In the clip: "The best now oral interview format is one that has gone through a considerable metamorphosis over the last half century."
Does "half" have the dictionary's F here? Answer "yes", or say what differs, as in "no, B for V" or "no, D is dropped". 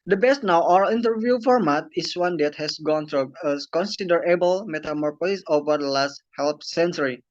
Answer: no, P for F